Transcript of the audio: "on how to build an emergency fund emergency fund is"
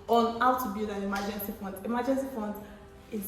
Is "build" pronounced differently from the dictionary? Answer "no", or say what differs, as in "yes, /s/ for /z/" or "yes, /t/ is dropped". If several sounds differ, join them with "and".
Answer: yes, /l/ is dropped